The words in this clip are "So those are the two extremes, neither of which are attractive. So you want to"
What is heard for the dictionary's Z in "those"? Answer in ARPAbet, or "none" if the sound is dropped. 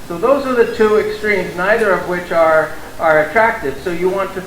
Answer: Z